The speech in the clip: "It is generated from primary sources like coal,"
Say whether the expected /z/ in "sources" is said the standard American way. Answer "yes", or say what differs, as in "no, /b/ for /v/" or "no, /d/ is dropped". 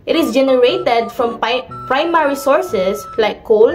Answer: no, /s/ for /z/